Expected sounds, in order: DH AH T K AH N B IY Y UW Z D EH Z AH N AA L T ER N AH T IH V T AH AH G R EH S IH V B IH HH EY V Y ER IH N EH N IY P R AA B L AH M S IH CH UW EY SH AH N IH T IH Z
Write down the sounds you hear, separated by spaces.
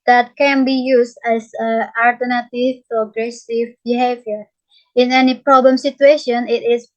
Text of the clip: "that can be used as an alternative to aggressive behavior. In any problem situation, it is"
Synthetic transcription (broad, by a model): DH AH T K AH N B IY Y UW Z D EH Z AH AA L T ER N AH T IH V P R AH G R EH S IH V B IH HH EY V Y ER IH N EH N IY P R AA B L AH M S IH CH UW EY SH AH N IH T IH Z